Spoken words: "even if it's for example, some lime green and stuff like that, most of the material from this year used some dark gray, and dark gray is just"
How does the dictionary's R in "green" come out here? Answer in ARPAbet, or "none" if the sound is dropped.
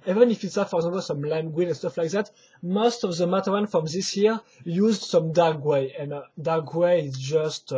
W